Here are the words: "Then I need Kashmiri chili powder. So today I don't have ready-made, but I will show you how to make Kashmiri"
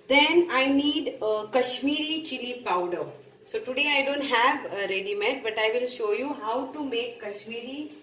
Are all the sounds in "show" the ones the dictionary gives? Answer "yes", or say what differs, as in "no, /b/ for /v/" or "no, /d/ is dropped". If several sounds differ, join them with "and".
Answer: yes